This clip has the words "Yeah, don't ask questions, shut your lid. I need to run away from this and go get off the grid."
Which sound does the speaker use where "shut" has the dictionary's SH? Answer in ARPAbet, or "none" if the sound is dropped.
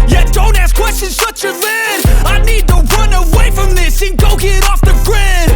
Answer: S